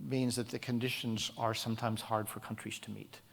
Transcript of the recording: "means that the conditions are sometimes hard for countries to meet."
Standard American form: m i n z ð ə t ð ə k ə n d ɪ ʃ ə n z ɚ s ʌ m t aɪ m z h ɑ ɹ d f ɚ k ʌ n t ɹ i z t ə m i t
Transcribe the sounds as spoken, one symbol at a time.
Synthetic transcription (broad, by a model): m i n z ð ə t ð ə k ə n d ɪ ʃ ə n z ɚ s ʌ m t aɪ m z h ɑ ɹ d f ɚ k ʌ n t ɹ i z t ə m i t